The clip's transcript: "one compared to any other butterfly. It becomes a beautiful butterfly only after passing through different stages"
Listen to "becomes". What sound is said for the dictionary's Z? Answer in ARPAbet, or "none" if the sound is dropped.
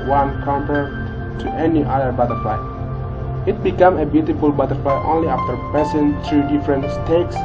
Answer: none